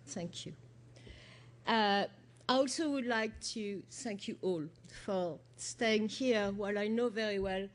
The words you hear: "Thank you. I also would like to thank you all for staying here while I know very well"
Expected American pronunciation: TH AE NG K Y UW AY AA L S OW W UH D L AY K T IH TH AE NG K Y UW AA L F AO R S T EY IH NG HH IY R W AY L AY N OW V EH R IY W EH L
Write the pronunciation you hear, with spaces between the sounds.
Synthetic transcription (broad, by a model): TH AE NG K Y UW AY AA L S OW W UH D L AY K T IH TH AE NG K Y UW AA L F AO R S T EY IH NG HH IY R W AY L AY N OW V EH R IY W EH L